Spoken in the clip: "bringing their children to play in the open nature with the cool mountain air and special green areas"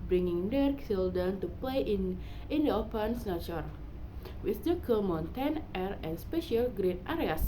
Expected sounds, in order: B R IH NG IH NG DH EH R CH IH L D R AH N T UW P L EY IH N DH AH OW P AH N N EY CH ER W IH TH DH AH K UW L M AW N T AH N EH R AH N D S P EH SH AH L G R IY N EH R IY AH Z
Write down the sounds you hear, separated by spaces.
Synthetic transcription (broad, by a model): B R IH NG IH NG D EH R S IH L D AH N T UW P L EY IH N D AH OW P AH N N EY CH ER W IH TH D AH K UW M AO N T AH N EH R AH N S P EH SH AH L G R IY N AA R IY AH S